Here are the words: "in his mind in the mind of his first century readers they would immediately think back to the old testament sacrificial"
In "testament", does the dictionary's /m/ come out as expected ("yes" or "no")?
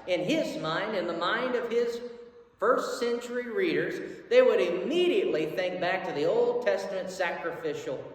yes